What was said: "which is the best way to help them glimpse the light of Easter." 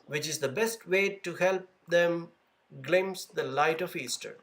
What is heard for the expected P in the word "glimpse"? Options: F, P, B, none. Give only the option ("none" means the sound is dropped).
none